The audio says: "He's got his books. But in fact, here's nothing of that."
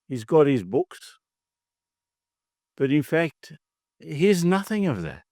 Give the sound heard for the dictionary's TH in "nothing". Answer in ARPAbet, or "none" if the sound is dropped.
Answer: TH